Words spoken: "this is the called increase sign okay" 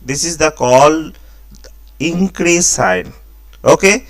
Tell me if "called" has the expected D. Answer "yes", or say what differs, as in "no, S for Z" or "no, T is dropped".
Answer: no, D is dropped